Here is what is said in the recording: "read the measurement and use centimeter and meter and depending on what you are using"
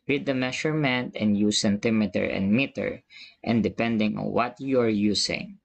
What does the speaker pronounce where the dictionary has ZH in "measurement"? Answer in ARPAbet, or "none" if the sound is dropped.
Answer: SH